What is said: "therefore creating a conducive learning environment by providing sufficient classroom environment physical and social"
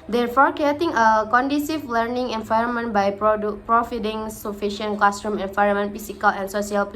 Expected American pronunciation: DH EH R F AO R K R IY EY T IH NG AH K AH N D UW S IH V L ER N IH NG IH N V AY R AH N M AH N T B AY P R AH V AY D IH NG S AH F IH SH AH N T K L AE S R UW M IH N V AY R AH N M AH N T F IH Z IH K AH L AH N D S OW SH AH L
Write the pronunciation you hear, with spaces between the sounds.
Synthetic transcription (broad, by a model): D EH R F AO R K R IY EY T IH NG AH K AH N D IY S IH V L ER N IH NG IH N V AY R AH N M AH N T B AY P R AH F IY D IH NG S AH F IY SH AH N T K L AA S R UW M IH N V AY R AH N M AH N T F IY S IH K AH L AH N S OW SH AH L